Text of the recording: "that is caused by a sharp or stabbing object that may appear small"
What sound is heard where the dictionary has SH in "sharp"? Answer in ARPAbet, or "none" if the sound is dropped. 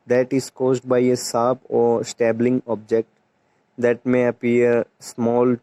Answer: S